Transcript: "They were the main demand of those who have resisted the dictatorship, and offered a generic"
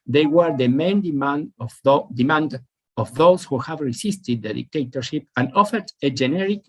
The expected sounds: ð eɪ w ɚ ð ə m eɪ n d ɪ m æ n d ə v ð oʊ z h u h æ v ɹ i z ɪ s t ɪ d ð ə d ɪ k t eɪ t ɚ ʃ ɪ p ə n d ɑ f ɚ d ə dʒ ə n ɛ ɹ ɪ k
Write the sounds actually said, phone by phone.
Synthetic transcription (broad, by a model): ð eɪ w ɚ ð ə m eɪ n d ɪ m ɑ n d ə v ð oʊ s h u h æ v ɹ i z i s t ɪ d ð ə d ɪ k t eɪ t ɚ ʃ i p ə n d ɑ f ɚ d ə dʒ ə n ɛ ɹ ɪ k